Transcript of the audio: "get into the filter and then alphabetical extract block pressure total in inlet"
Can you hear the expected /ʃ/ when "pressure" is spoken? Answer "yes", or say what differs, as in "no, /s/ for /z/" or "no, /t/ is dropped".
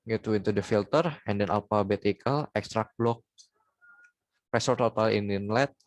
no, /s/ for /ʃ/